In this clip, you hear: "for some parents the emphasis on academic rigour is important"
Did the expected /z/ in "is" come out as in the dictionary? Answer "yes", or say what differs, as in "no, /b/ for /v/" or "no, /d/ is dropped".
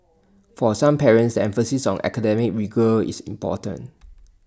no, /s/ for /z/